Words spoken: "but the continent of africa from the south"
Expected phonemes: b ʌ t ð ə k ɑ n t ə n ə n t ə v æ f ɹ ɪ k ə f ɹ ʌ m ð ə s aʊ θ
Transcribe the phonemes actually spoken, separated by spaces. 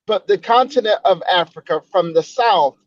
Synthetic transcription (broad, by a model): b ʌ t ð ə k ɑ n t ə n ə n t ə v æ f ɹ ɪ k ə f ɹ ʌ m ð ə s aʊ θ